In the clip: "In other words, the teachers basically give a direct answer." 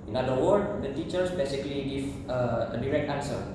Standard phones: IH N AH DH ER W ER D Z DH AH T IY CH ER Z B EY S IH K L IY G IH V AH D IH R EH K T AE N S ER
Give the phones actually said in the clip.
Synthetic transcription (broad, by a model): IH N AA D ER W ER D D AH T IY CH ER S B EY S IH K L IY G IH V AH D IH R EH K T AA N S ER